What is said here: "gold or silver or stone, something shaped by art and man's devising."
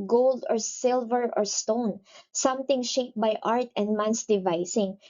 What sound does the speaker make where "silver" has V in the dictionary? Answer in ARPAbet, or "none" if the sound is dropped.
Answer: V